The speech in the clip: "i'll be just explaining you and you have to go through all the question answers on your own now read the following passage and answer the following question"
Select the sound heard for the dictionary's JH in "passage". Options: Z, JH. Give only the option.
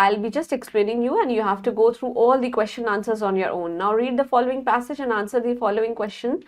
JH